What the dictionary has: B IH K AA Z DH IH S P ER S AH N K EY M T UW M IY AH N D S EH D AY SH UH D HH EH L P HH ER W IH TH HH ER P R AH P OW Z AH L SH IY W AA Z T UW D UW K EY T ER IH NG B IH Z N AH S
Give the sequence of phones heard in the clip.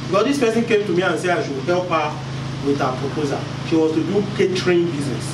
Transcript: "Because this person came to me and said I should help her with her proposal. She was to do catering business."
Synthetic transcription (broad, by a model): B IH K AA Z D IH S P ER S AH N K EY M T UW M IY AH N S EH AY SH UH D HH EH L P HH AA W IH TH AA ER P R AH P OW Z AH SH IY W AA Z T UW D UW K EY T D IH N B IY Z N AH S